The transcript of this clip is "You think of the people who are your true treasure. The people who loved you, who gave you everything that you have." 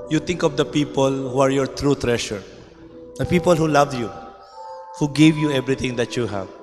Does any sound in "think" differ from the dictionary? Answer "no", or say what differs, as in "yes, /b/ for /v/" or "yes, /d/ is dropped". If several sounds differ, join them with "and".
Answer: yes, /t/ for /θ/